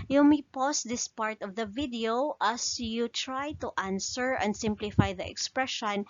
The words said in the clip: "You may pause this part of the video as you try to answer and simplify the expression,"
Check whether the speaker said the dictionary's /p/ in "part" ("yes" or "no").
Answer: yes